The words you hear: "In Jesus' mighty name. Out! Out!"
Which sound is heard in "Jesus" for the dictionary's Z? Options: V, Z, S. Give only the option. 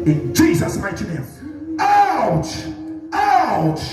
Z